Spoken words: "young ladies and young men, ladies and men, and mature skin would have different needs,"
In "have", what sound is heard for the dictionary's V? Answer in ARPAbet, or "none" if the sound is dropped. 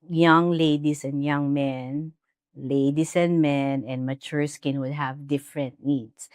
V